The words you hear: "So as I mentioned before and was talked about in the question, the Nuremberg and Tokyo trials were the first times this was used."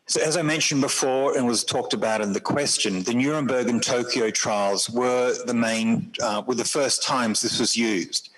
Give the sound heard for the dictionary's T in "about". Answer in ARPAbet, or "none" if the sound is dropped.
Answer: T